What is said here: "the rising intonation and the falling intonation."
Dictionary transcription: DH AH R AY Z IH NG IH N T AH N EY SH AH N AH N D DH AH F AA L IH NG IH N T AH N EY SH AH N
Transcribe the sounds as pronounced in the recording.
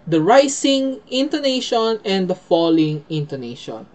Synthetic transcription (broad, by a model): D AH R AY S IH NG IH N T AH N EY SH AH N AH N D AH F AA L IH NG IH N T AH N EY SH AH N